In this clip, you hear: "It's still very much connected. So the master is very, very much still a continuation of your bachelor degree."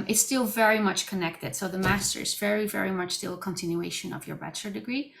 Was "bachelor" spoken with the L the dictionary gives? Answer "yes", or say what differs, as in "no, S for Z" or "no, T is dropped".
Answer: no, L is dropped